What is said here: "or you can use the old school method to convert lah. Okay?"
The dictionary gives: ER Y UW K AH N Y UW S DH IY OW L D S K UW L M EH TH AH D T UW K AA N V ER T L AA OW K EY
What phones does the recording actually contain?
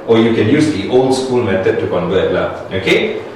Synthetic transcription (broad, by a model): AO Y UW K AH N Y UW S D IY OW L D S K UW L M EH T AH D T UW K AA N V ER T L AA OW K EY